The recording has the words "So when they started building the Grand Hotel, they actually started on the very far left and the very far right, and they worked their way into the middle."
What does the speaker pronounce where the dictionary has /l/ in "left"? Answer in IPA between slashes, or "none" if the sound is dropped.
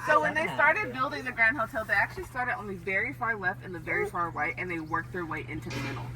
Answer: /l/